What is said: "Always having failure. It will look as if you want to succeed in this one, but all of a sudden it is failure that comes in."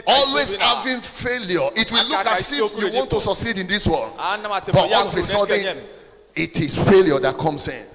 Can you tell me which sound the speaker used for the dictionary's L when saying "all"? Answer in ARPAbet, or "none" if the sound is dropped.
N